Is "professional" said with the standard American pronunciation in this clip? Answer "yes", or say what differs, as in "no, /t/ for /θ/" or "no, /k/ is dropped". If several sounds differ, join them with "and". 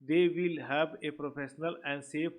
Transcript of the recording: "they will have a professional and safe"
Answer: yes